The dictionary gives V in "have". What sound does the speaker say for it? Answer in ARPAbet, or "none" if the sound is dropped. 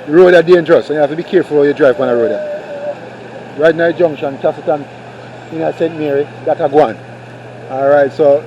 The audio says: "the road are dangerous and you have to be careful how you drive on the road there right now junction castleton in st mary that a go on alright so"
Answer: F